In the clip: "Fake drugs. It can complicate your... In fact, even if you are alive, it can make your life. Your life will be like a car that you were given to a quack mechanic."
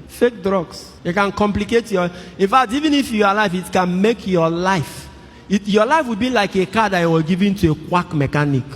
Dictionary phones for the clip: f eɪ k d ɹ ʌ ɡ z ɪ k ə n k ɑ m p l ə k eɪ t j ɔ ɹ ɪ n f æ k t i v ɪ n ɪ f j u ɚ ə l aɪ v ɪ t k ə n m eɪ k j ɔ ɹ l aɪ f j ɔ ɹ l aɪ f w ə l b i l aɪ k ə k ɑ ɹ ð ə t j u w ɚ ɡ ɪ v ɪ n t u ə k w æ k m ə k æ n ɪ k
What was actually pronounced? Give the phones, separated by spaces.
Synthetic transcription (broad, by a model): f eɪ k d ɹ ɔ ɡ s ɪ k ə n k ɑ m p l ə k eɪ t j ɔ ɪ n f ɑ k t i v ɪ n ɪ f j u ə l aɪ f ɪ t k ə n m eɪ k j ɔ l aɪ f j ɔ l aɪ f w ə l b i l aɪ k ə k ɑ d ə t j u w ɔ ɡ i v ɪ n t u ə k w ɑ k m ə k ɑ n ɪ k